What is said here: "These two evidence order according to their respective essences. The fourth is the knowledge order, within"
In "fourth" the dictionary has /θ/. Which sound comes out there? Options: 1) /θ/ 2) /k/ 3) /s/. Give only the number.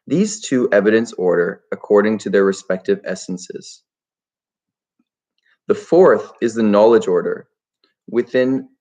1